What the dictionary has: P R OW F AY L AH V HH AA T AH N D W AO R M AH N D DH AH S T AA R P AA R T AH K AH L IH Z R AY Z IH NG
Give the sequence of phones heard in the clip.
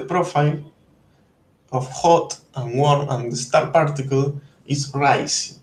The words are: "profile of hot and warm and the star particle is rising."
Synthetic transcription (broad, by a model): P R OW F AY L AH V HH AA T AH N W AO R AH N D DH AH S T AA R P AA R T AH K AH L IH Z R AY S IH